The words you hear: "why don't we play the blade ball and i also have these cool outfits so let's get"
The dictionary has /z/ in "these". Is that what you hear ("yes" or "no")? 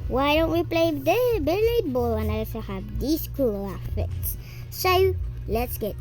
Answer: no